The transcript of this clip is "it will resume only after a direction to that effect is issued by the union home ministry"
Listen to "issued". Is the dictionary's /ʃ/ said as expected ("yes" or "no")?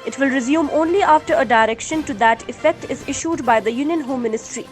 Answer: yes